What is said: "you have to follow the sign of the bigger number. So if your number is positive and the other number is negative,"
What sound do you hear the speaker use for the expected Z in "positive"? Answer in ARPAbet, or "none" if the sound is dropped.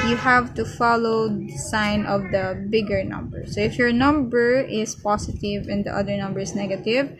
S